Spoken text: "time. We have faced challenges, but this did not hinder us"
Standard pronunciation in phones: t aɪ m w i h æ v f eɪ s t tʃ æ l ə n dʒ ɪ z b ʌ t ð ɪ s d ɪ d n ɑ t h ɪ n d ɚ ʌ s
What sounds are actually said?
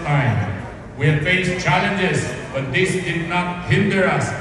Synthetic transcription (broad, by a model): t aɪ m w i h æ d f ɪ ʃ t tʃ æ l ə n dʒ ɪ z b ʌ t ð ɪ s d ɪ d n ɑ t h ɪ n d ɚ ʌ s